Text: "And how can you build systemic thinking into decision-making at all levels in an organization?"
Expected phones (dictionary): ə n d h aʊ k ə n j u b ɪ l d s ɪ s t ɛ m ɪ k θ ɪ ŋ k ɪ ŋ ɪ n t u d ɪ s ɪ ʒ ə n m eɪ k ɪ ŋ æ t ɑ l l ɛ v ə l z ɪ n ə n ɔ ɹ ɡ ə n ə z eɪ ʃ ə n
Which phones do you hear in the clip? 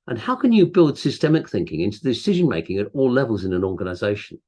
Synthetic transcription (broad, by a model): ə n h aʊ k ə n j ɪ b ɪ l d s ɪ s t ɛ m ɪ k θ ɪ ŋ k ɪ ŋ ɪ n t u d ɪ s ɪ ʒ ə n m eɪ k ɪ ŋ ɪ t ɑ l l ɛ v ə l z ɪ n ə n ɔ ɹ ɡ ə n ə z eɪ ʃ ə n